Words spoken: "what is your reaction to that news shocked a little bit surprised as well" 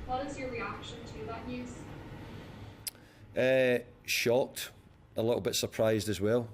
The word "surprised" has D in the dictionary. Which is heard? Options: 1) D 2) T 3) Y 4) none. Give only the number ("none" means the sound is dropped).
1